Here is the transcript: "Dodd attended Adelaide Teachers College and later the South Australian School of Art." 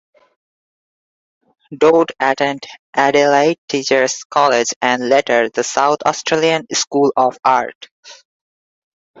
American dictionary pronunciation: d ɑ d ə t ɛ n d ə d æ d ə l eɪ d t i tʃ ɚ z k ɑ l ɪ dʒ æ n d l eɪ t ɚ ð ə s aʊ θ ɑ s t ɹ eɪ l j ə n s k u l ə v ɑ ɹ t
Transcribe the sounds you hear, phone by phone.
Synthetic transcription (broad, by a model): d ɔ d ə t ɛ n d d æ d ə l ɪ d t i tʃ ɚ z k ɑ l ɪ dʒ æ n d l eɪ t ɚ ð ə s aʊ t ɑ s t ɹ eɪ l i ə n s k u l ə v ɑ ɹ t